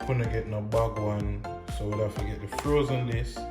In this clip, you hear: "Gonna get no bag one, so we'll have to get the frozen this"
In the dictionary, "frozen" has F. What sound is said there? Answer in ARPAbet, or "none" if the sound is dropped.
F